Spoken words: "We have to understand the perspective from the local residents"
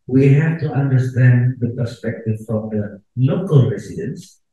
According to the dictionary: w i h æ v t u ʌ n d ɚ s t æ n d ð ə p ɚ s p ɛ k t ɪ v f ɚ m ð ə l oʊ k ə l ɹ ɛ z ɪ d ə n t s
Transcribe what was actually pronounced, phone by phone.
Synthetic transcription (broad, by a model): w i h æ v t u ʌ n d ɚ s t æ n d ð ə p ɚ s p ɛ k t ɪ v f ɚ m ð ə l oʊ k ə l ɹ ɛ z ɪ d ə n s